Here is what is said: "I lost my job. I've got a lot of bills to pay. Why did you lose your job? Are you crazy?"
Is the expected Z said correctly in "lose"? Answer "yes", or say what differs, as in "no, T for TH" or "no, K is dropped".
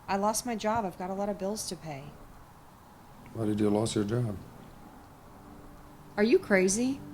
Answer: no, S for Z